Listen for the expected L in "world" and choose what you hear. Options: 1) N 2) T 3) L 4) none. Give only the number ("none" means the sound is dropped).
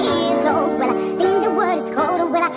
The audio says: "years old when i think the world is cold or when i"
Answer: 4